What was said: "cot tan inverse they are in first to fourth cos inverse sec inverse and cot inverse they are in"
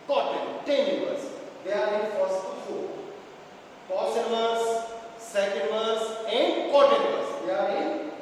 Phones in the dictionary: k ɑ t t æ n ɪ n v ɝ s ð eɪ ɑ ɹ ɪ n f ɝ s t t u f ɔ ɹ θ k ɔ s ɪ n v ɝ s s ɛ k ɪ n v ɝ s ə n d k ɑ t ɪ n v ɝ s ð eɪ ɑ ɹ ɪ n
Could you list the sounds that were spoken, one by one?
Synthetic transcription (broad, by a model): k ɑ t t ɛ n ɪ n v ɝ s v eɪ ɑ ɹ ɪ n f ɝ t s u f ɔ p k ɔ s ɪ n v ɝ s s ɛ k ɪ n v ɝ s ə n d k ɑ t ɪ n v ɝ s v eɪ ɑ ɹ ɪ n